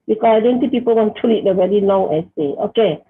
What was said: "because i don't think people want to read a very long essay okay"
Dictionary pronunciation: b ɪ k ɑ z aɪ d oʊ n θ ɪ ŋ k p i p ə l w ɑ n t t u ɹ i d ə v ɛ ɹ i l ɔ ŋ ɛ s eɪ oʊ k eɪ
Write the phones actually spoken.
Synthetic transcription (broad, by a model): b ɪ k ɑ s aɪ d oʊ n s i p i p ə l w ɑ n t t u l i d ə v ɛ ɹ i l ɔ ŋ ɛ s eɪ oʊ k eɪ